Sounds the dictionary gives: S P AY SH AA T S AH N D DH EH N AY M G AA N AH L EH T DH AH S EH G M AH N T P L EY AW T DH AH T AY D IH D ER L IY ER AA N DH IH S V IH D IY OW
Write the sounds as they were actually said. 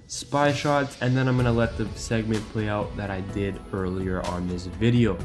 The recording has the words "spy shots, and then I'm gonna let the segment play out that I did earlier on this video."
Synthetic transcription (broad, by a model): S P AY SH AA T S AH N DH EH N AY M G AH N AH L EH T DH AH S EH G M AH N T P L EY AW T DH AH T AY D IH D ER L IY ER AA N DH IH S V IH D IY OW